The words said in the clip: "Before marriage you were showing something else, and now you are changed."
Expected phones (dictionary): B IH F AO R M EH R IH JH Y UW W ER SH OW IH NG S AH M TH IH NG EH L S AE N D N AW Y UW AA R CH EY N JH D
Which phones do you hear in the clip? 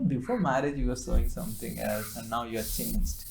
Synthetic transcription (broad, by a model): B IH F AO R M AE R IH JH Y UW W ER S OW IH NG S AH M T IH NG EH L S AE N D N AW Y UW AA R CH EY N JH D